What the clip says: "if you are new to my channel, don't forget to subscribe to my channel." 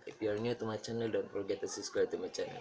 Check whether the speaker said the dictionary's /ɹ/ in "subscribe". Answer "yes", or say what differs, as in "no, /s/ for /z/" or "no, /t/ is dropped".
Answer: no, /ɹ/ is dropped